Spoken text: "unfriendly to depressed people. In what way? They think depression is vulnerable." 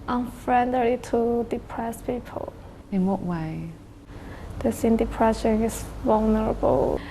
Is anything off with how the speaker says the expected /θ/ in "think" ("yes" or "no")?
yes